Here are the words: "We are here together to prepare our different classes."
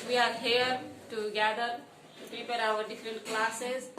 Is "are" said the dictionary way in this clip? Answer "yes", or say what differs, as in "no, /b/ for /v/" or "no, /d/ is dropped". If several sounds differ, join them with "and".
yes